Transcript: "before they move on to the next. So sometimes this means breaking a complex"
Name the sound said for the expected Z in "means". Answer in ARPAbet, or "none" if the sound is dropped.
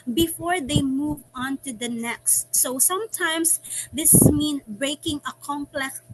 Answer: none